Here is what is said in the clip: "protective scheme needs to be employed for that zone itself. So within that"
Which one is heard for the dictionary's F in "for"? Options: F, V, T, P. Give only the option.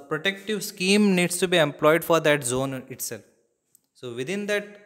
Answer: F